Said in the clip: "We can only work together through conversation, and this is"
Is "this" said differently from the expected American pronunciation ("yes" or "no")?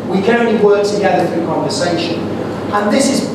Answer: no